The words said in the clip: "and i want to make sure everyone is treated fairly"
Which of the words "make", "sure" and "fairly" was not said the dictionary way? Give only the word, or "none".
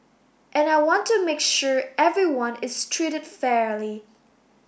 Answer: none